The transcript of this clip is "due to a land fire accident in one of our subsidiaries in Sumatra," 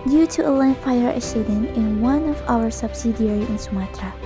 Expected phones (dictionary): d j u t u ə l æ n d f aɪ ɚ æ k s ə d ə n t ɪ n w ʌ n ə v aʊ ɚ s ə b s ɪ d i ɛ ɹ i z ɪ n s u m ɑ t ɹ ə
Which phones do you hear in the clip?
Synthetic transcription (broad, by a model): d j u t u ə l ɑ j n f aɪ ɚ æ s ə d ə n ɪ n w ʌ n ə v aʊ ɚ s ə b s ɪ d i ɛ ɹ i ɪ n s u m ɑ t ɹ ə